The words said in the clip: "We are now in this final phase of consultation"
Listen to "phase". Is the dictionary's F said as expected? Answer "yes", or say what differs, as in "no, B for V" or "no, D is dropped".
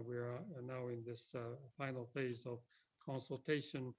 yes